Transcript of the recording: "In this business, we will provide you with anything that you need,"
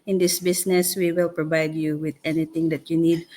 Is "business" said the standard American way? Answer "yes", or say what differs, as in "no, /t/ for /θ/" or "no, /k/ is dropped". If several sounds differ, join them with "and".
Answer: no, /s/ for /z/